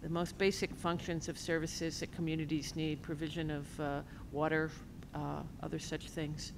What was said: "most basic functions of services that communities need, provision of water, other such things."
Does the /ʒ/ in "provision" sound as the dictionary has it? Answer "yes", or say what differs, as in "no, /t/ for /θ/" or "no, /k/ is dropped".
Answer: yes